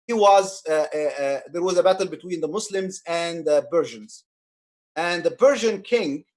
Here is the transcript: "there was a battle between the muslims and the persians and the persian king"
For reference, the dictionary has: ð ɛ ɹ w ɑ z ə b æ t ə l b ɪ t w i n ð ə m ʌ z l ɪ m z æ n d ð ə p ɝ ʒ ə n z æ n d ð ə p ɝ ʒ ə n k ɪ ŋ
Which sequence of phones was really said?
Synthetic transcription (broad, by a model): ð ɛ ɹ w ɑ z ə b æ t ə l b ɪ t w i n ð ə m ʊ s l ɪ m z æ n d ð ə b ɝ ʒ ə n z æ n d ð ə b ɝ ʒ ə n k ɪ ŋ